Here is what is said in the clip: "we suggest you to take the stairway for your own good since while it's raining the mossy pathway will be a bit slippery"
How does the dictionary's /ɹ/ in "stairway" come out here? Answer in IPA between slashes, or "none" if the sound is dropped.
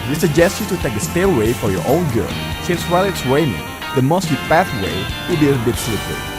/l/